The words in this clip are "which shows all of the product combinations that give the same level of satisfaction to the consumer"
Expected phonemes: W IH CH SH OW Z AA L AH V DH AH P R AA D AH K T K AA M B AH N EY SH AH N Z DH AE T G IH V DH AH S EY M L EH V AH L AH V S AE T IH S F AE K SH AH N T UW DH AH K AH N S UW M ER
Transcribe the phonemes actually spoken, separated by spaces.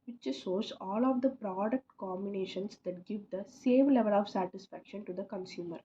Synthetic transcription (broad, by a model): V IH CH S OW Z AA L AH V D AH P R AA D AH K T K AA M B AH N EY SH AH N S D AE T G IH V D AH S EY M L EH V AH L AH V S AE T IH S F AE K SH AH N T UW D AH K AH N S UW M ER